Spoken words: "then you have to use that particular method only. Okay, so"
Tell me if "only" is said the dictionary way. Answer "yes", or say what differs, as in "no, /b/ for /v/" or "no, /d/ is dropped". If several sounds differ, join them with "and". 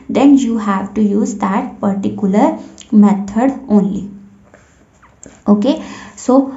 yes